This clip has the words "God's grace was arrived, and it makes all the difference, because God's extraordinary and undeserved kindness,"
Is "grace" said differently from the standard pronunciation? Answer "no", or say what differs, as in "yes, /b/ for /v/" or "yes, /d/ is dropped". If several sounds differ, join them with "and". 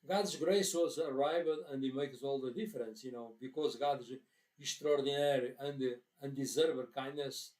no